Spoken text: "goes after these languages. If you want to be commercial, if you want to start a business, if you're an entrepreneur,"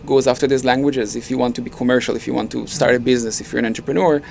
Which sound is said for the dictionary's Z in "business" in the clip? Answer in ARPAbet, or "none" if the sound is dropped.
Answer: Z